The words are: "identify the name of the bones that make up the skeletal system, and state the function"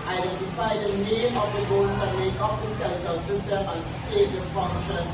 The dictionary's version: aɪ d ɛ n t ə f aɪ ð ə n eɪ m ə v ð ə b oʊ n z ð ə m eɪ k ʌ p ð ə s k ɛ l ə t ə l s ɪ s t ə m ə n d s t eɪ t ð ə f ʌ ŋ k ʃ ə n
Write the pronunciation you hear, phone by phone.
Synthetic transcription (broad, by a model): aɪ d ɛ n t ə f aɪ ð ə n eɪ m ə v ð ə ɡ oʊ z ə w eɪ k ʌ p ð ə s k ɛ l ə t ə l s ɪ s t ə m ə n s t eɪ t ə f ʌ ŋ k ʃ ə n